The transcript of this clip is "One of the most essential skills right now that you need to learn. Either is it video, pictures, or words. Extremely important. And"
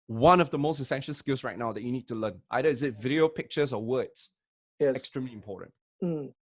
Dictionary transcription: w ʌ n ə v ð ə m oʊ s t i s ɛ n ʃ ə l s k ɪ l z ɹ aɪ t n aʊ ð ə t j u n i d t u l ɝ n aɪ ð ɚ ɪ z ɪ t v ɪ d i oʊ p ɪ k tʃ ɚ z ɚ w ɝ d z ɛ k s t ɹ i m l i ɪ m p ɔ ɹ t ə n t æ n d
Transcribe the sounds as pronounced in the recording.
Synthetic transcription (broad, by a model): w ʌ n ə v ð ə m oʊ s t i s ɛ n ʃ ə l s k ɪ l s ɹ aɪ t n aʊ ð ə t j u n i d t u l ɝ n aɪ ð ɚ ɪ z ɪ t v ɪ d i oʊ p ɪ k tʃ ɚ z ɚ w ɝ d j ɛ k s t ɹ i m l i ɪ m p ɔ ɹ t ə n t